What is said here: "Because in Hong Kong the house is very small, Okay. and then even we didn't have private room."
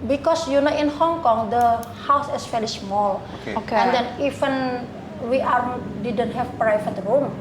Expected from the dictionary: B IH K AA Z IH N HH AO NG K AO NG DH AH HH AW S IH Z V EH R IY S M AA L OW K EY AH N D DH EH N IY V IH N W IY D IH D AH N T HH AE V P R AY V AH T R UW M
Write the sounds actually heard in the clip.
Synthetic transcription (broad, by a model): B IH K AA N IH N HH AO NG K AO NG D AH HH AW S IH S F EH L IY S M AA L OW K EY AH N D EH N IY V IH N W IY D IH D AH N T HH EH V P R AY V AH T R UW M